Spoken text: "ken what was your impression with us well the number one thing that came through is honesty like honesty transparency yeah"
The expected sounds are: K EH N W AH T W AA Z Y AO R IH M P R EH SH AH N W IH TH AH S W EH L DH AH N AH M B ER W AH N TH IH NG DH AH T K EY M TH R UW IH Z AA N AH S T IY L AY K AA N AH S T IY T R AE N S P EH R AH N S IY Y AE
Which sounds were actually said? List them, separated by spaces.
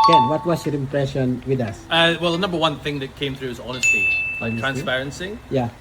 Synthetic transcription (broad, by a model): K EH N W AH T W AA S Y AO R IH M P R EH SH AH N W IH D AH S W EH L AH N AH M B ER W AH N TH IH NG DH AH T K EY M TH R UW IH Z AA N AH S T IY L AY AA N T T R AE N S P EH R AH N S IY Y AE